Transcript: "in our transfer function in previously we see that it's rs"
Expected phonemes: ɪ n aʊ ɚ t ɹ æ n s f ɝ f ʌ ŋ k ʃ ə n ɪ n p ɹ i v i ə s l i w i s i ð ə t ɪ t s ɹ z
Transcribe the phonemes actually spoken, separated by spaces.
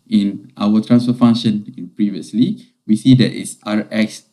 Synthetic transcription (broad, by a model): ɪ n aʊ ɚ t ɹ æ n s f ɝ f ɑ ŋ ʃ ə n ɪ n p ɹ i v i ə s l i w i s i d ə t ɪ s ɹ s